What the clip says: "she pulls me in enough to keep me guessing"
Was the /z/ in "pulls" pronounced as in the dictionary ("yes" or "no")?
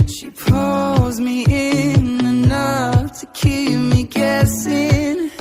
yes